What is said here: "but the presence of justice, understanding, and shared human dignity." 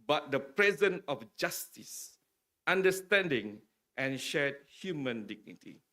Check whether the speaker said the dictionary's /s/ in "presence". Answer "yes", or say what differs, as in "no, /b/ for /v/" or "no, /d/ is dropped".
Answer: no, /s/ is dropped